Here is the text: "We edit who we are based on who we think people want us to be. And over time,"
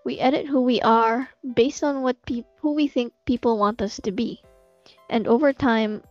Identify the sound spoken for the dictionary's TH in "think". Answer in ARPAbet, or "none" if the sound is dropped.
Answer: TH